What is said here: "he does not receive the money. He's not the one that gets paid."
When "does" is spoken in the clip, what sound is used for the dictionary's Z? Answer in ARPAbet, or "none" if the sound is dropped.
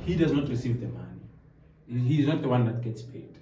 Z